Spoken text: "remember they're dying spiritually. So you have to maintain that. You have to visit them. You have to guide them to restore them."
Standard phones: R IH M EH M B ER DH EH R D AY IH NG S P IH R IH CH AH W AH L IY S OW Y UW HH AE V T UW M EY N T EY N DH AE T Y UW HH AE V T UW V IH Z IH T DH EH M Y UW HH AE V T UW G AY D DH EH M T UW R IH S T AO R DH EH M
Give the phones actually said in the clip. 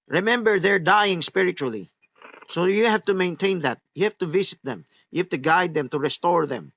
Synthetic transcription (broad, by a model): R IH M EH M B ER DH EH R D AY IH NG S P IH R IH CH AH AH L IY S OW Y UW HH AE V T UW M EY N T EY N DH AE T Y UW HH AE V T UW V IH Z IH T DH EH M Y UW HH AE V T UW G AY D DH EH M T UW R IH S T AO R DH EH M